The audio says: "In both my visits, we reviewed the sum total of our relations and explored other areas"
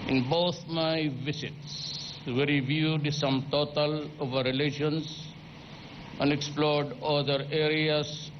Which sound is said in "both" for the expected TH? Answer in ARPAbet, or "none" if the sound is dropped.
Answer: T